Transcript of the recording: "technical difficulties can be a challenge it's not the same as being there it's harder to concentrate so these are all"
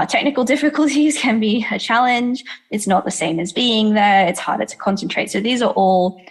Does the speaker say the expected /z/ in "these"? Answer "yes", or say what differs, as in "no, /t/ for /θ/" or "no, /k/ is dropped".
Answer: yes